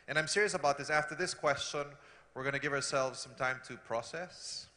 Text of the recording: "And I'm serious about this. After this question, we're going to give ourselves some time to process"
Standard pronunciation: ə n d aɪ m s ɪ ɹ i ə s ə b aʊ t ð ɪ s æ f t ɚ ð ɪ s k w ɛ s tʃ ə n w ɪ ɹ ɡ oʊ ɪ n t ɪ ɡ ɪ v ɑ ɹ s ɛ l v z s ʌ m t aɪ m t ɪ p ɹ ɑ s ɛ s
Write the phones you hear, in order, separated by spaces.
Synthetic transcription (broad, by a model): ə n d aɪ m s ɪ ɹ i ə s ə b aʊ t ð ɪ s æ f t ɚ ð ɪ s k w ɛ s tʃ ə n w ɪ ɹ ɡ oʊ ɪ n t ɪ ɡ ɪ v ɑ ɹ s ɛ l v z s ʌ m t aɪ m t ɪ p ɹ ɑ s ɛ s